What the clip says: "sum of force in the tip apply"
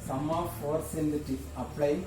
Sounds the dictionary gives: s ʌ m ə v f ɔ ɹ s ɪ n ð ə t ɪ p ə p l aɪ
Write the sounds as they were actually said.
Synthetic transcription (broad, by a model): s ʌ m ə f ɔ ɹ s ɪ n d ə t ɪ ə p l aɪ